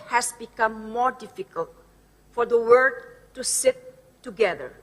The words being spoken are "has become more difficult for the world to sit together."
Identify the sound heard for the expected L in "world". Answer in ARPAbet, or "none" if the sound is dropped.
none